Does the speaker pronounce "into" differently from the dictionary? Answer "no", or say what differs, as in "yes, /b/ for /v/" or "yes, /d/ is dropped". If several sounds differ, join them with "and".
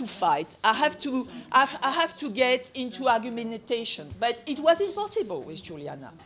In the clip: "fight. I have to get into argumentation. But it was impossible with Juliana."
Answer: no